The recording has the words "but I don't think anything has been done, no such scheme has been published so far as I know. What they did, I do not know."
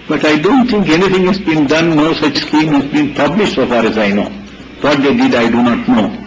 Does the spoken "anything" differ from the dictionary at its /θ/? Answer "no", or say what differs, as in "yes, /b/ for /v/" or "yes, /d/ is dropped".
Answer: yes, /t/ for /θ/